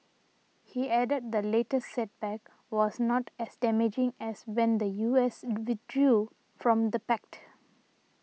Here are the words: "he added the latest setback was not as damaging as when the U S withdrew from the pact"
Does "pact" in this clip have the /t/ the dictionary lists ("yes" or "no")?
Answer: yes